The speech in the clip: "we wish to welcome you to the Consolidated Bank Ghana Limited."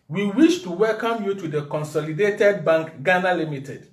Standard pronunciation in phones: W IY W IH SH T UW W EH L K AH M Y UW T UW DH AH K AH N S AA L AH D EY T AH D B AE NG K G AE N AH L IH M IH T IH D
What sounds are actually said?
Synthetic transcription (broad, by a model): W IY W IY SH T UW W EH L K AH M Y UW T UW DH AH K AH N S AA L AH D EY T AH D B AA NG K G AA N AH L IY M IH T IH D